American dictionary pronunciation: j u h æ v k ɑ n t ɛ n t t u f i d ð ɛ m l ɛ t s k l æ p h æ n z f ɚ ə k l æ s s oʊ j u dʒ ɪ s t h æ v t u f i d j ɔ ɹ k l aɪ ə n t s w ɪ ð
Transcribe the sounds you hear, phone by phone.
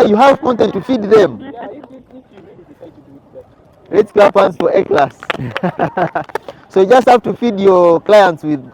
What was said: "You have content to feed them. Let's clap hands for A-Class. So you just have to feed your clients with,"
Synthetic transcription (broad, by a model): j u h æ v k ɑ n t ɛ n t t u f i d ð ɛ m l ɛ t s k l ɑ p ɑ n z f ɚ ə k l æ s s oʊ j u dʒ ɪ s t h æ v t u f i d j ɔ ɹ k l aɪ ə n t s w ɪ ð